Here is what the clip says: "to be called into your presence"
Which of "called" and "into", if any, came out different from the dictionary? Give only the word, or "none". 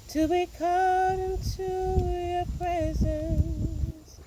called